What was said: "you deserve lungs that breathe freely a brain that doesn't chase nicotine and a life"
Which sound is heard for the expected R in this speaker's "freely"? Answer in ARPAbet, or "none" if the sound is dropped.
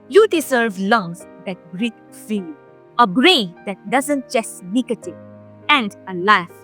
none